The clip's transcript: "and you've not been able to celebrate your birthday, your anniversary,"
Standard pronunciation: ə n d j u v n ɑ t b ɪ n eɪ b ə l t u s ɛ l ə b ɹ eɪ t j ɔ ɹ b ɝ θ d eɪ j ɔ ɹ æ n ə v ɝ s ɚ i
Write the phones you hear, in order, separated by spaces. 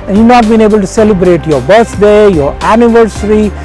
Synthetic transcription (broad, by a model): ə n j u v n ɑ t b ɪ n eɪ b ə l t u s ɛ l ə b ɹ eɪ t j ɔ ɹ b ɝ s d eɪ j ɔ ɹ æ n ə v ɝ s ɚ i